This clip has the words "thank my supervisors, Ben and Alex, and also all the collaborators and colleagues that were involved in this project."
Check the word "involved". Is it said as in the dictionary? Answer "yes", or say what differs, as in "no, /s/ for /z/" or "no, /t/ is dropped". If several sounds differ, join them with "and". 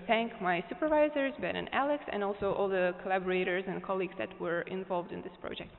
yes